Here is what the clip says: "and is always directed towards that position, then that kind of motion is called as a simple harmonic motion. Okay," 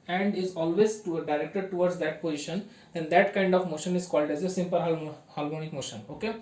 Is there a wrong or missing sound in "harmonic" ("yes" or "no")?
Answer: yes